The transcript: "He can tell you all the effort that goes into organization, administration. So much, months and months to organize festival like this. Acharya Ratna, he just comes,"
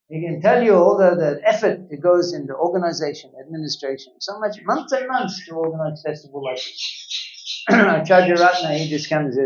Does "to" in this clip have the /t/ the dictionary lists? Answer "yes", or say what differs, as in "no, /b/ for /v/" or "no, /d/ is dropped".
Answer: yes